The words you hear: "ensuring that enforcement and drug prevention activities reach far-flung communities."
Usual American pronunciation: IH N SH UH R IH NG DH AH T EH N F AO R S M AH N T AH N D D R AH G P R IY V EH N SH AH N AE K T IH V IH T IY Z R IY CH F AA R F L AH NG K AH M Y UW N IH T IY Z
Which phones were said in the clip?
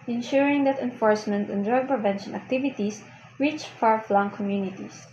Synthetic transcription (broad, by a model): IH N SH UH R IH NG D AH T EH N F AO R S M AH N T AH N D D R AH G P R IY V EH N SH AH N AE K T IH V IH T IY S R IY CH F AA R F L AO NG K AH M Y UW N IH T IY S